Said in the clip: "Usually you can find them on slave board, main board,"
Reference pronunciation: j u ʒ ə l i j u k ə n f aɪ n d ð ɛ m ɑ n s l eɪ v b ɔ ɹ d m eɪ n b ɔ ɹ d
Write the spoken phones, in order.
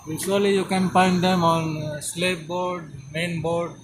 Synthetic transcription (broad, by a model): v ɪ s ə l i j u k ə n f aɪ n d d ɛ m ɑ n s l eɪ p b ɔ ɹ d m eɪ n b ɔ ɹ d